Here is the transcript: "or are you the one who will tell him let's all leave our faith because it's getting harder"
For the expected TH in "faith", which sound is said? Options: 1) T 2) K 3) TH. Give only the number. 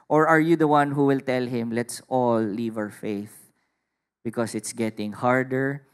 3